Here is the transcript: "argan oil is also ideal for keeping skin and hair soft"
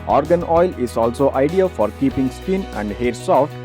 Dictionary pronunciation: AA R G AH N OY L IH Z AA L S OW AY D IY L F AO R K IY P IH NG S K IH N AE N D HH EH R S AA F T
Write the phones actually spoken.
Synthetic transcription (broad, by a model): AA R G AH N OY L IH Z AA L S OW AY D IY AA F AO R K IY P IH NG S K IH N AE N D HH EH R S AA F T